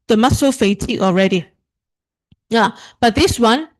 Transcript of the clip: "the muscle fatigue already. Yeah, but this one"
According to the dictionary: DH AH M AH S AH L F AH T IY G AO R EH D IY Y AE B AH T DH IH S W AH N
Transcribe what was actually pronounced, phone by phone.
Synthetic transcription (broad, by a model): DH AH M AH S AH F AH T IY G AO R EH D IY Y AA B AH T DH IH S W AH N